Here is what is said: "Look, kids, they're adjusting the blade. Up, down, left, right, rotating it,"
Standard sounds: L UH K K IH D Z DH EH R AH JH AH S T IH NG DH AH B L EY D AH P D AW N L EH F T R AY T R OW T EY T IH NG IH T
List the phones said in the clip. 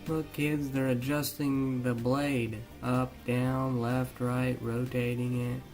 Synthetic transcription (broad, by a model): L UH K K IH D Z DH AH R AH JH AH S T IH NG DH AH B L EY D AH P D AW N L EH F T R AY T R OW T EY T IH NG IH T